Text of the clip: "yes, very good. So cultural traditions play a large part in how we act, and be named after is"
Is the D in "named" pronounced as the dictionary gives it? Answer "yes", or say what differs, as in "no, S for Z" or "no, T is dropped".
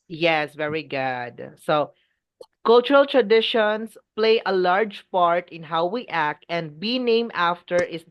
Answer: no, D is dropped